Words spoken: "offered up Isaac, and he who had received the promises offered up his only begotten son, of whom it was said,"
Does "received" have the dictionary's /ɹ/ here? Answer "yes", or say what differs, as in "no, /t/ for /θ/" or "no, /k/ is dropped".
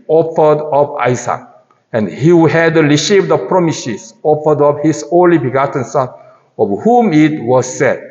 no, /l/ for /ɹ/